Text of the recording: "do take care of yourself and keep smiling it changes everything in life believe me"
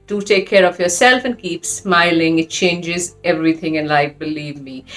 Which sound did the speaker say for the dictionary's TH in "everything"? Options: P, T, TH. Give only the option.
TH